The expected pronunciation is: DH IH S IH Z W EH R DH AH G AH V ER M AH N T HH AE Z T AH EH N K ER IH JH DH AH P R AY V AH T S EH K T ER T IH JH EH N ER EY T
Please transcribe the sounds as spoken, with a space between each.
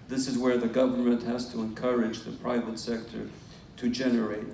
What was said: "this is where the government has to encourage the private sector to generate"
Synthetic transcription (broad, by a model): DH IH S IH Z W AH R DH AH G AH V ER M AH N T HH AE Z T AH EH N K ER IH JH DH AH P R AY V AH T S EH K T ER T IH JH EH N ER EY T